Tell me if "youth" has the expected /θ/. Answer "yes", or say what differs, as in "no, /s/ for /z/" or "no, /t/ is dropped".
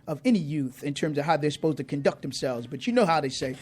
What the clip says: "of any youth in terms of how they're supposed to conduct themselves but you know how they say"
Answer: yes